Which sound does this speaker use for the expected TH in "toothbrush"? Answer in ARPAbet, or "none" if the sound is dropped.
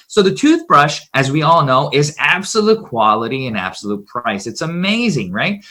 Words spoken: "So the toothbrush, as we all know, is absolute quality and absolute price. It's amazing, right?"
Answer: TH